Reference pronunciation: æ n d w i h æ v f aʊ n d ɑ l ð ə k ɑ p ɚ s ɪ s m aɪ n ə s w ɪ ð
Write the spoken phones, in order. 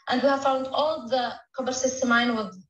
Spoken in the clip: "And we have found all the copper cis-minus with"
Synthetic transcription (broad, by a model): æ n d w i h æ v f aʊ n d ɑ l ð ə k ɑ b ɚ s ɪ s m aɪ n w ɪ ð